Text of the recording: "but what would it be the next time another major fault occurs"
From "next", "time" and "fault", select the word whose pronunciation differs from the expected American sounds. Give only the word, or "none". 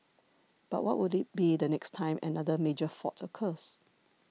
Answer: fault